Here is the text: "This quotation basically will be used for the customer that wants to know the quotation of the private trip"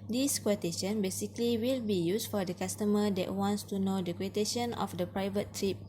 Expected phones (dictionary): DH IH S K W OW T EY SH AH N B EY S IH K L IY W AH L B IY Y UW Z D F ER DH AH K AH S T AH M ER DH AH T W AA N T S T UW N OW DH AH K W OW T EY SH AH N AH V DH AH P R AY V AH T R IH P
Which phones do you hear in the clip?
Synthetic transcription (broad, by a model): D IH S K W OW T EY SH AH N B EY S IH K L IY W AH L B IY Y UW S F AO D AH K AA S T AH M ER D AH T W AA N T S T UW N OW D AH K W OW T EY SH AH N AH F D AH P R AY V AH T R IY P